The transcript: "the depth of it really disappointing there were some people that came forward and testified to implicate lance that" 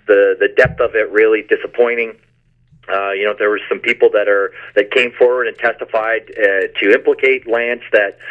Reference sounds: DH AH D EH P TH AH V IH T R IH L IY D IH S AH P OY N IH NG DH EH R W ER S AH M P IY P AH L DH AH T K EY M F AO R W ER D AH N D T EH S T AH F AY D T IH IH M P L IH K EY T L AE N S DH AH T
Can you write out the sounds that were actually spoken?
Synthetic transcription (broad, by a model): DH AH D EH P TH AH V IH T R IH L IY D IH S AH P OY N IH NG DH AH R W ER S AH M P IY P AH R DH AH T K EY M F AO R W ER D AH N T EH S T AH F AY D T IH IH M P L IH K EY T L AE N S DH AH T